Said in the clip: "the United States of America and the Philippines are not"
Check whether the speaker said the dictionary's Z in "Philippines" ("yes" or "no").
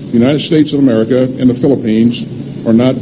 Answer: yes